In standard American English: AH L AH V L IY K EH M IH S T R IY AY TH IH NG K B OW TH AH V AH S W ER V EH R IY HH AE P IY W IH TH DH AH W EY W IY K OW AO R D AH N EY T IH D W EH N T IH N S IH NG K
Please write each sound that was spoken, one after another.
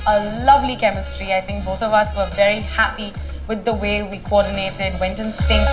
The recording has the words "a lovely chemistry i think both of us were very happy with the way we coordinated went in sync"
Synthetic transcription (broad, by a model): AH L AH V L IY K EH M IH S T R IY AY TH IH NG K B OW TH AH V AH S W ER V EH R IY HH AE P IY W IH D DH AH W EY W IY K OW AO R D N EY T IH D W EH N T IH N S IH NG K